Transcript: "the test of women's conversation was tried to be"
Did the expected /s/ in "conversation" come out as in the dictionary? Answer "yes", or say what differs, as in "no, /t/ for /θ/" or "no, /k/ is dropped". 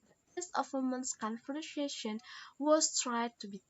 no, /ʃ/ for /s/